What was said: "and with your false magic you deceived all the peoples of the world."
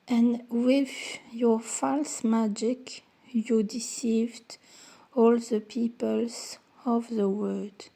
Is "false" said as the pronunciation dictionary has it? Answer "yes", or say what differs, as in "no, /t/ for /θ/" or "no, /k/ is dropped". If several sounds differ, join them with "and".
yes